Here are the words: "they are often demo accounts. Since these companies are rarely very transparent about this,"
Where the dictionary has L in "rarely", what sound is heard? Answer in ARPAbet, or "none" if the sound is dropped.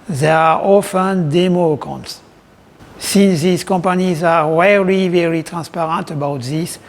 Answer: none